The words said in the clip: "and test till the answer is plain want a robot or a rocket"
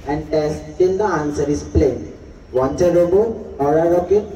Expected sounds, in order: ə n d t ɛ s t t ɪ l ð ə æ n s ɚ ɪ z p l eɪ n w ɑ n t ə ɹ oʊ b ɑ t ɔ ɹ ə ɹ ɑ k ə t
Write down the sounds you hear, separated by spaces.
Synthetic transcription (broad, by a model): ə n d t ɛ s t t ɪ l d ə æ n s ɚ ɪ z p l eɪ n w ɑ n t ə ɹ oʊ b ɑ ɔ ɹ ə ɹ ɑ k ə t